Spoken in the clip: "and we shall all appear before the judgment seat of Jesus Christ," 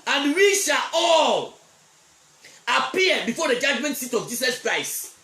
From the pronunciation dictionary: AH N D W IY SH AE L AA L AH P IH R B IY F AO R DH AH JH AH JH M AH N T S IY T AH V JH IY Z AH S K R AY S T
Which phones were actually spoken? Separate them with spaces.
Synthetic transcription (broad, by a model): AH N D W IY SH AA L AA L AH P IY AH B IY F AO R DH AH JH AH JH M AH N T S IY T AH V JH IY S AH S K R AY S T